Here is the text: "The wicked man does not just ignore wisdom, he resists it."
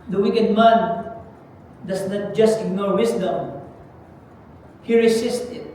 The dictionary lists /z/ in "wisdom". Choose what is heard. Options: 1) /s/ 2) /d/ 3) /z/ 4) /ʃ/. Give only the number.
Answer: 1